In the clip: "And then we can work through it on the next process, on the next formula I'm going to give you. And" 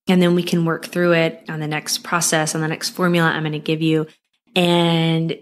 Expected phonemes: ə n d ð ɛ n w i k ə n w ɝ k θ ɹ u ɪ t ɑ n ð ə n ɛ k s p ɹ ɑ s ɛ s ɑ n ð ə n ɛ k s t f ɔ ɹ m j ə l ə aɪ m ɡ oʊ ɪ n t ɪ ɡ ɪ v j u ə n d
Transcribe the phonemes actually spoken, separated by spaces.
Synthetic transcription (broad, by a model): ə n ð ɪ n w i k ə n w ɝ k θ ɹ u ɪ t n ð ə n ɛ k s p ɹ ɑ s ɛ s n ð ə n ɛ k s t f ɔ ɹ m j l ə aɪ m ɡ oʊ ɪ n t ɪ ɡ ɪ v j u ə n